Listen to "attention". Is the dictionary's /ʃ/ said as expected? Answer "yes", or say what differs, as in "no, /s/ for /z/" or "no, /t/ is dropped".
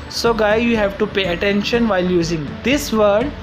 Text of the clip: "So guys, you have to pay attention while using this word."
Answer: yes